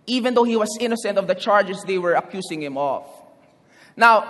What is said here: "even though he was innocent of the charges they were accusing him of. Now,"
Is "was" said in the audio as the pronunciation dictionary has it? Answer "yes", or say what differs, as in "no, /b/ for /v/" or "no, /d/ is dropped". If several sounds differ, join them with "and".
no, /s/ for /z/